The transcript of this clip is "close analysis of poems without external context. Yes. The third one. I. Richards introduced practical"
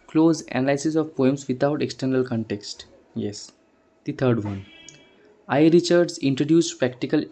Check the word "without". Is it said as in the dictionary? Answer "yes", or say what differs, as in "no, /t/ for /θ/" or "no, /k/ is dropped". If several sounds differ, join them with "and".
no, /t/ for /θ/